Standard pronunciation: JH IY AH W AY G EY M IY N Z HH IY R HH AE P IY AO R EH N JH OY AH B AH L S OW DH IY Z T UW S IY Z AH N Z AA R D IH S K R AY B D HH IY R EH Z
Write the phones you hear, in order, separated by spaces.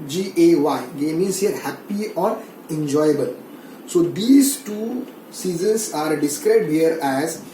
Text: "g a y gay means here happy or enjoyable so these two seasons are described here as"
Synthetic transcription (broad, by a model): JH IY AH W AY G EY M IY Z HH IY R HH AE P IY AO R EH N JH OY AH B AH L S OW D IY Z T UW S IY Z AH N S AA R D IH S K R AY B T HH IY R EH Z